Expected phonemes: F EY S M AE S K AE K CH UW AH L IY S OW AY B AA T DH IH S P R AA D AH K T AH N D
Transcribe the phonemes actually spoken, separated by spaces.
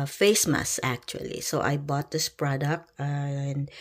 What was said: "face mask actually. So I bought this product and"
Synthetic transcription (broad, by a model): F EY S M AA S AE K CH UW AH L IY S OW AY B AA T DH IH S P R AA D AH K T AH N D